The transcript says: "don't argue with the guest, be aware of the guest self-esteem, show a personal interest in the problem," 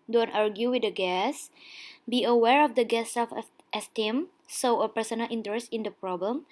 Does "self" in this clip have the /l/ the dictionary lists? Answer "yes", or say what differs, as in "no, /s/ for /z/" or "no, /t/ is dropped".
no, /l/ is dropped